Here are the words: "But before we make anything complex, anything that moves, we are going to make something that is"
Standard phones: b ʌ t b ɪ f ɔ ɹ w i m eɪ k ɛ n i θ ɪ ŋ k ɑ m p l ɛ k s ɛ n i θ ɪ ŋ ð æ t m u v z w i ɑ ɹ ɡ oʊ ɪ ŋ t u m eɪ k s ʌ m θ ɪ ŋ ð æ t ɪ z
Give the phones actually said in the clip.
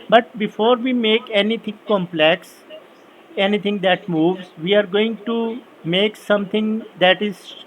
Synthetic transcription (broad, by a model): b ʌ t b ɪ f ɔ ɹ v i m eɪ k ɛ n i t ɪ ŋ k ɑ m p l ɛ k s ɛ n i t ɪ ŋ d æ t m u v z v i ɑ ɹ ɡ oʊ ɪ ŋ t u m eɪ k s ʌ m t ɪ ŋ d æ t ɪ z